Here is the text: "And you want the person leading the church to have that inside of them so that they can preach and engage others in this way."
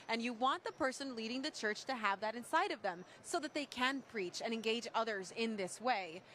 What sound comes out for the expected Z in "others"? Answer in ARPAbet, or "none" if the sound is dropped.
Z